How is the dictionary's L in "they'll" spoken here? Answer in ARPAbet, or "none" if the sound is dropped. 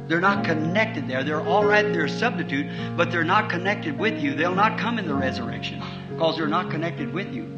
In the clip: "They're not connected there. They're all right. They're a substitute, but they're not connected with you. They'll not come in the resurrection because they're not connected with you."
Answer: L